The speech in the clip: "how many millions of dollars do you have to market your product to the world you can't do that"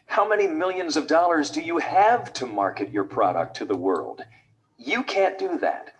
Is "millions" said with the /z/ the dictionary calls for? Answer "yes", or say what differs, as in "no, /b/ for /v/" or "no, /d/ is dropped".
yes